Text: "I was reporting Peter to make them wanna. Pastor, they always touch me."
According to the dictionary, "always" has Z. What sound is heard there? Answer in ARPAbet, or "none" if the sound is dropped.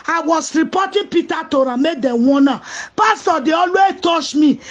none